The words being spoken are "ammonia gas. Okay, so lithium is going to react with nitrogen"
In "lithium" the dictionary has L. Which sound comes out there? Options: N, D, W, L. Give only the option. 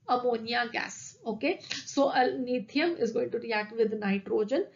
N